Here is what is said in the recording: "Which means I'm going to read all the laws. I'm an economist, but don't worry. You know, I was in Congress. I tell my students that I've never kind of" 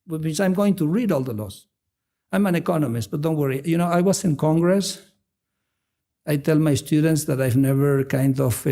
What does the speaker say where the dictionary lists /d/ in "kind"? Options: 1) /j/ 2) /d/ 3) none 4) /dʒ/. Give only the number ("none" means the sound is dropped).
2